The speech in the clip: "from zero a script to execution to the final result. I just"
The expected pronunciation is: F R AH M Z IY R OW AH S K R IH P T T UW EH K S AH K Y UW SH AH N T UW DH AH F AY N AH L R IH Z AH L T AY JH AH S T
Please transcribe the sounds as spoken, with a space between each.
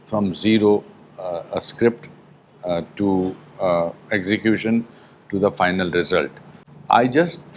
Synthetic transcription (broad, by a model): F R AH M Z IY R OW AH S K R IH P T T UW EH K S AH K Y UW SH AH N T UW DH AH F AY N AH L R IH Z AH L T AY JH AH S T